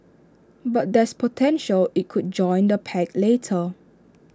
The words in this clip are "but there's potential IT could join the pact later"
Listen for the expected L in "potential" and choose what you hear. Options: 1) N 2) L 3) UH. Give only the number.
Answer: 2